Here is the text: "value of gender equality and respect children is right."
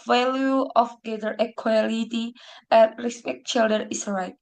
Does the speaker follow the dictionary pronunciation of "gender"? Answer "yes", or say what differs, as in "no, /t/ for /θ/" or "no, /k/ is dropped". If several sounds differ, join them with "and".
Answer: no, /n/ is dropped